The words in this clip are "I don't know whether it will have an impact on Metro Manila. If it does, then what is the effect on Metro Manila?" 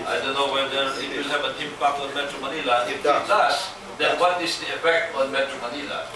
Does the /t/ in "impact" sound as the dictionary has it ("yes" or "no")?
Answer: no